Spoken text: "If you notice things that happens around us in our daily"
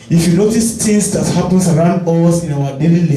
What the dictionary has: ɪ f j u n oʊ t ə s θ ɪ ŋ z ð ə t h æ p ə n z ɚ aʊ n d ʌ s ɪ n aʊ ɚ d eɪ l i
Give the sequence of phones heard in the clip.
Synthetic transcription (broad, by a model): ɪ f j u n oʊ t ə s t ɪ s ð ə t h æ p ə n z ɚ aʊ n d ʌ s ɪ n aʊ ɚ d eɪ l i